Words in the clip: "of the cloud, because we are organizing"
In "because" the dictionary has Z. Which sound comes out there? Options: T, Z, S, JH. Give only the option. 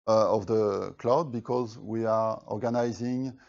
Z